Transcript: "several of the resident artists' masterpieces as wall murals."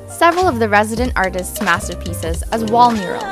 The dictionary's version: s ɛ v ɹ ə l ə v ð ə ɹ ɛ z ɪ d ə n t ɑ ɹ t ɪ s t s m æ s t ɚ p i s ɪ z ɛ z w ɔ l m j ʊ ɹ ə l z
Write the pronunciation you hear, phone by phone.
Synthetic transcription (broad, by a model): s ɛ v ɹ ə l ə v ð ə ɹ ɛ z ɪ d ə n t ɑ ɹ t ɪ s t s m æ s t ɚ p i s ɪ z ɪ z w ɔ l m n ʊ ɹ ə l